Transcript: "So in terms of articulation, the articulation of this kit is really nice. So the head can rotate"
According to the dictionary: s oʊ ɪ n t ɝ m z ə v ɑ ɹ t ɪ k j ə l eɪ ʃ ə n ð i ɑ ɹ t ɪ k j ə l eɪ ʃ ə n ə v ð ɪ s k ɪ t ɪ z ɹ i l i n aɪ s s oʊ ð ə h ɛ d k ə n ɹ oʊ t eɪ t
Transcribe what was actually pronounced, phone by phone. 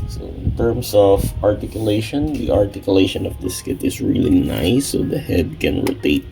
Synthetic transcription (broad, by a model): s oʊ ɪ n t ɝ m s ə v ɑ ɹ t ɪ k j ə l eɪ ʃ ə n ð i ɑ ɹ t ɪ k j ə l eɪ ʃ ə n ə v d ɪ s k ɪ t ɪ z ɹ i l i n aɪ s s oʊ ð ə h ɛ d k ə n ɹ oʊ t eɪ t